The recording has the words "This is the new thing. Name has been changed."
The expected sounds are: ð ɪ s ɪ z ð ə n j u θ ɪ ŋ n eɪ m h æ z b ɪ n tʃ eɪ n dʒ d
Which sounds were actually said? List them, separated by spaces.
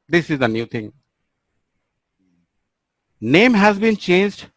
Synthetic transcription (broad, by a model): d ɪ s ɪ z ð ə n j u t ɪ ŋ n eɪ m h æ z b ɪ n tʃ eɪ n dʒ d